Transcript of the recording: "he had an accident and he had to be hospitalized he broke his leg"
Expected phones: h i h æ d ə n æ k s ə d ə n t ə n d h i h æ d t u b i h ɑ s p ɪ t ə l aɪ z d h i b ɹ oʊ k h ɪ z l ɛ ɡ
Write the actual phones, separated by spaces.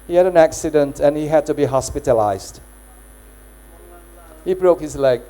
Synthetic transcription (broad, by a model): h i h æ d ə n æ k s ə d ə n t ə n h i h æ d t u b i h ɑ s p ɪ t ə l aɪ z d h i b ɹ oʊ k h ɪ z l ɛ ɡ